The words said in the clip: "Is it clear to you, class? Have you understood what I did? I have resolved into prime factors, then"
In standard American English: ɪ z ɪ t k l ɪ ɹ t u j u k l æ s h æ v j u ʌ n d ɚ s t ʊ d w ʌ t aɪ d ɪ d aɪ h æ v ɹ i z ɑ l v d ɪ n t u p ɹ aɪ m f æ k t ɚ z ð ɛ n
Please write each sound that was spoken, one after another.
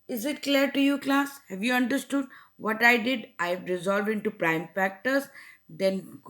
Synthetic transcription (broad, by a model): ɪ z ɪ t k l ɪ ɹ t u j u k l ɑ s h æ v j u ʌ n d ɚ s t ʊ d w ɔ t aɪ d ɪ d aɪ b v ɹ i z ɑ l v d ɪ n t u p ɹ aɪ m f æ k t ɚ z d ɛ n